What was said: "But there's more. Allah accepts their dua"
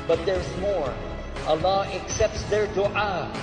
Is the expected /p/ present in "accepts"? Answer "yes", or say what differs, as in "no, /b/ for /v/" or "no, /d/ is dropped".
yes